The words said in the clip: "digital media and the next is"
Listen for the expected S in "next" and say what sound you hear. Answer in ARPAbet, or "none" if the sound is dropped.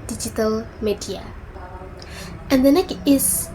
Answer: none